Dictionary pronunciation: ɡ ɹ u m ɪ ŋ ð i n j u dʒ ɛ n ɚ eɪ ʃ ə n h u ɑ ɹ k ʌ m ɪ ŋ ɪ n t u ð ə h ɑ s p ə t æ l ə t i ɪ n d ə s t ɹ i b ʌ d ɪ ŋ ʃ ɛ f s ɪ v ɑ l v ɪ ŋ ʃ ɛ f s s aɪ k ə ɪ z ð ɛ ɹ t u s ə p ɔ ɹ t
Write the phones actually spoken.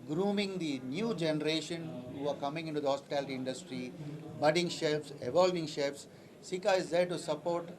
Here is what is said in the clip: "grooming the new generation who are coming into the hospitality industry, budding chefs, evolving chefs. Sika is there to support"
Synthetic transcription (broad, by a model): ɡ ɹ u m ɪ ŋ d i n j u dʒ ɛ n ɚ eɪ ʃ ə n h u ɑ ɹ k ʌ m ɪ ŋ ɪ n t u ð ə h ɑ s p ə t æ l ə t i ɪ n d ə s t ɹ i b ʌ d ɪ ŋ ʃ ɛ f s ɪ v ɑ l v ɪ ŋ ʃ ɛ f s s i k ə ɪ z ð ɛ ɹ t u s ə p ɔ ɹ t